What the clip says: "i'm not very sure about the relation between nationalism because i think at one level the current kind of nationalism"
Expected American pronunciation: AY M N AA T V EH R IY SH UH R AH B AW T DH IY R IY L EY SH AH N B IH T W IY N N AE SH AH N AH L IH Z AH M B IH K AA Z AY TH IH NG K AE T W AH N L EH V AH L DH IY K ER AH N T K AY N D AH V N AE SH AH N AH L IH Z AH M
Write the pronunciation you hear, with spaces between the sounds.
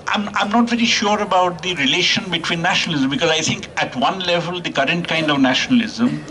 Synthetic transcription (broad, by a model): AY M N AA T V EH R IY SH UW R AH B AW T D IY R IY L EY SH AH N B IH T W IY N N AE SH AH N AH L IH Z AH M B IH K AA Z AY T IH NG K AE T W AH N L EH V AH L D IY K ER AH N T K AY N D AH V N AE SH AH N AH L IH Z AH M